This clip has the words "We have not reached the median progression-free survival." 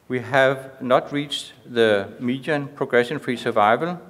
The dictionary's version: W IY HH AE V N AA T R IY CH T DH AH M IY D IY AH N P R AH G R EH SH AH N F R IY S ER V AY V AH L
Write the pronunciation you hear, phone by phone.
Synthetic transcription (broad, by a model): W IY HH AE V N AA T R IY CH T DH AH M IY D IY AH N P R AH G R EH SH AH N F R IY S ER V AY V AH L